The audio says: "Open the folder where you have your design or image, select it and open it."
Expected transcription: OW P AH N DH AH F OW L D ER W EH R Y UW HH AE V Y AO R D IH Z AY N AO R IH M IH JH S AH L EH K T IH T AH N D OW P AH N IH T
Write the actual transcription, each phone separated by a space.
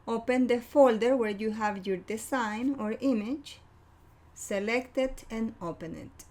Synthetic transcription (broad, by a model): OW P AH N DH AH F OW L D ER W EH R Y UW HH AE V Y AO R D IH S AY N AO R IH M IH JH S AH L EH K T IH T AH N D OW P AH N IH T